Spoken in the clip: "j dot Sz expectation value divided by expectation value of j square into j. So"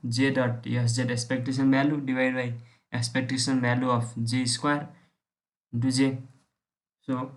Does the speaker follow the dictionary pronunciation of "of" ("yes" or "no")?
no